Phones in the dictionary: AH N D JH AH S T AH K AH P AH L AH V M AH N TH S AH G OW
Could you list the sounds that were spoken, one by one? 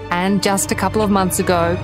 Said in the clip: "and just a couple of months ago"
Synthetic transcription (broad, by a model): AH N JH AH S T AH K AH P L AH V M AH N TH S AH G OW